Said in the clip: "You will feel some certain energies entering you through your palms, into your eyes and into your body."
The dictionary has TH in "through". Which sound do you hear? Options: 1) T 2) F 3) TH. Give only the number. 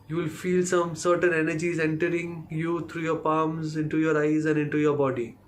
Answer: 1